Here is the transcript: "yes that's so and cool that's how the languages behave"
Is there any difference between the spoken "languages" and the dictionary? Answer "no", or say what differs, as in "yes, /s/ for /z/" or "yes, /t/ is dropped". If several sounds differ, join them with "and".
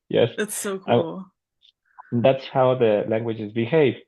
no